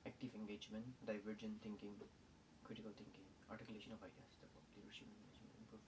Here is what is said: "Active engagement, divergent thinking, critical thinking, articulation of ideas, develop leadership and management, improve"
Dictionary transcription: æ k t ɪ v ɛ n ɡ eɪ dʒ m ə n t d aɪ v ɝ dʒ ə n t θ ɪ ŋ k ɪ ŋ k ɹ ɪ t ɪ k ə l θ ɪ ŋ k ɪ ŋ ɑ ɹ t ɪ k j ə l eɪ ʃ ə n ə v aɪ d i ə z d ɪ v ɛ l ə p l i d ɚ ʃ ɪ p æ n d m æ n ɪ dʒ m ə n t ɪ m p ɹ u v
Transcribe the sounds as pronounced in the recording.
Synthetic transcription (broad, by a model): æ k t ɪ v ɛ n ɡ eɪ dʒ m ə n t d aɪ v ɝ dʒ ə n t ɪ ŋ k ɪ ŋ k ɹ ɪ t ɪ k ə l t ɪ ŋ k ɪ ŋ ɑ ɹ t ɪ k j l eɪ ʃ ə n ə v aɪ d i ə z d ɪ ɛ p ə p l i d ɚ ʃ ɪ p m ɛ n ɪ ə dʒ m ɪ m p ɹ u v